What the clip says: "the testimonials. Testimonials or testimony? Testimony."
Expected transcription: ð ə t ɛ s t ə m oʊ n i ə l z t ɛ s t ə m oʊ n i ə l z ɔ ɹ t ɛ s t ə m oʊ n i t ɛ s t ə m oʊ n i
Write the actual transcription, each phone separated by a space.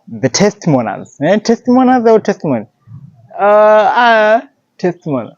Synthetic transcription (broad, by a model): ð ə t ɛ s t m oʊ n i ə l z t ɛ s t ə m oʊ n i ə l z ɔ w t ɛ s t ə m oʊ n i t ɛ s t m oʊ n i